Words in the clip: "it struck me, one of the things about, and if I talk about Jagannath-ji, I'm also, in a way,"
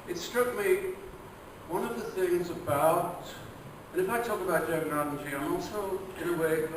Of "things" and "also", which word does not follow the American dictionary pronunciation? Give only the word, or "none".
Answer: none